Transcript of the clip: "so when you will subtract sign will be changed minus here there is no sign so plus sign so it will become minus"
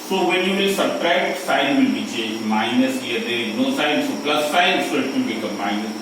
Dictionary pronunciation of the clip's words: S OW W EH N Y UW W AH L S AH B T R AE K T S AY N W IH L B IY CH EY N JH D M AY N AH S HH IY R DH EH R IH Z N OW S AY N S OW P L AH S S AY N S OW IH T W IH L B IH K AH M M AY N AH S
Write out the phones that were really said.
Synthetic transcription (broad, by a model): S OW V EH N Y UW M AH S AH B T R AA T S AY N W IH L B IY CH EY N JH M AY N AH S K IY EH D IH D N OW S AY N S OW P L AH S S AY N S OW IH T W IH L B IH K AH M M AY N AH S